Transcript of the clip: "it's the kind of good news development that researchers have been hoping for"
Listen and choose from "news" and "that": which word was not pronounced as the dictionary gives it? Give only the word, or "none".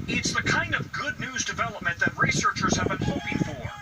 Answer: none